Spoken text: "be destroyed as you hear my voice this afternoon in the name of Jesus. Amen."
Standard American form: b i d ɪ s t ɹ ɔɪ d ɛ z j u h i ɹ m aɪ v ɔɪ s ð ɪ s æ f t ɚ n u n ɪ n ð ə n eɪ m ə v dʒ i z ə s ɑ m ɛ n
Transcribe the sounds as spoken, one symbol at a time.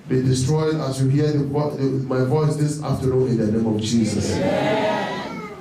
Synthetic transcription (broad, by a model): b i d ɪ s t ɹ ɔɪ d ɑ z j u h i w m aɪ v ɔɪ s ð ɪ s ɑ f t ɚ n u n ɪ n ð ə n eɪ m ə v dʒ i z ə s